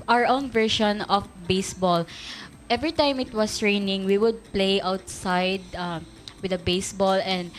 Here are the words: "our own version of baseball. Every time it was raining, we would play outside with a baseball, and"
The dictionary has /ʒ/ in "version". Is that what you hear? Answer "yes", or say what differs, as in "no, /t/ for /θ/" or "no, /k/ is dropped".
no, /ʃ/ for /ʒ/